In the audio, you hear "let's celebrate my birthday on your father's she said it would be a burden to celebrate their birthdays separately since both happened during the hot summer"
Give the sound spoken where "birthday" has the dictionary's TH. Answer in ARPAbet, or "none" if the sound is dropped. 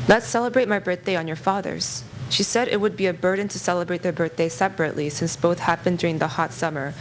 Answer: TH